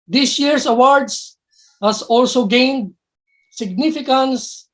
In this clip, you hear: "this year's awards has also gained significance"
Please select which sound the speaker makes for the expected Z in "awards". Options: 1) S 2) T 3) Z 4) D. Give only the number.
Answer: 1